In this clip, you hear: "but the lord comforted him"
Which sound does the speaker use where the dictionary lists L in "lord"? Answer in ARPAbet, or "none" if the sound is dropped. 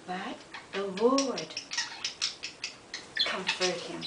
W